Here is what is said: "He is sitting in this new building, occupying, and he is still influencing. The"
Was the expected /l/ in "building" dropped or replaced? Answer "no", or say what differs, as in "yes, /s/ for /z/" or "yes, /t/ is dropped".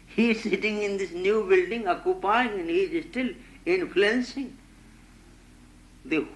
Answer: no